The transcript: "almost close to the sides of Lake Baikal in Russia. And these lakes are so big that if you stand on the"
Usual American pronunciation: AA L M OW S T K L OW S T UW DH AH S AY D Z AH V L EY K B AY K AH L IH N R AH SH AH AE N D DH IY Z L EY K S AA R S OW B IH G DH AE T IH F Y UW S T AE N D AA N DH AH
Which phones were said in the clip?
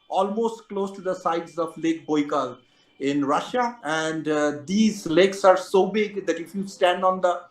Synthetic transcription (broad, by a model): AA L M OW S T K L OW S T UW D AH S AY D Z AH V L EY K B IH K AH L IH N R AH SH AH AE N D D IY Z L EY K S AA R S OW B IH G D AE T IH F Y UW S T AE N D AA N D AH